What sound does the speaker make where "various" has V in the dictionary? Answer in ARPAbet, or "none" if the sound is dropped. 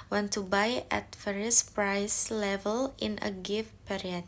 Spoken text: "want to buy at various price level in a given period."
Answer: F